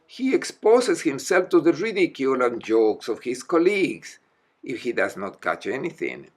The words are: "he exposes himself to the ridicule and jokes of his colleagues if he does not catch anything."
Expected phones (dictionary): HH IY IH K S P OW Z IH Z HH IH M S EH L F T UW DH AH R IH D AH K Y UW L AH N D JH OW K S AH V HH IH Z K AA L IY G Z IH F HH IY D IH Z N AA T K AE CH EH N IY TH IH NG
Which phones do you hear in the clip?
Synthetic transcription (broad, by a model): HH IY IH K S P OW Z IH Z HH IH M S EH L F T UW DH AH R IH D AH K Y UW L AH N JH OW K S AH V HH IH S K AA L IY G S IH F HH IY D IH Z N AA T K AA CH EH N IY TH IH NG